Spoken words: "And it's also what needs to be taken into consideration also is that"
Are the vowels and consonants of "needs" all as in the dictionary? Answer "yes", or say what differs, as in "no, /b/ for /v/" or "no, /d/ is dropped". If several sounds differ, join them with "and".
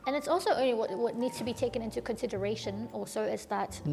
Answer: yes